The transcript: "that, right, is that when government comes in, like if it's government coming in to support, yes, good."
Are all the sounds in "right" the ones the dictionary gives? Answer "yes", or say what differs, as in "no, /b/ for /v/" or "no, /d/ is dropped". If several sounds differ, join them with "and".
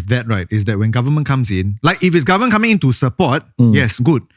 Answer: yes